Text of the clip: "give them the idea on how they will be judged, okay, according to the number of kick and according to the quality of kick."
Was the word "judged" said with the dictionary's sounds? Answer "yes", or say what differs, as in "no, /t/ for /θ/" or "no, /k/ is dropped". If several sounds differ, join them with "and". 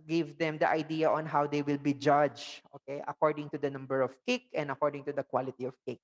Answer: no, /d/ is dropped